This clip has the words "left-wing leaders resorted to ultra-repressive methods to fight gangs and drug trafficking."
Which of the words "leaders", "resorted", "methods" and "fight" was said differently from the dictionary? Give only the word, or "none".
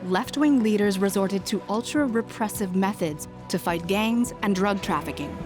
none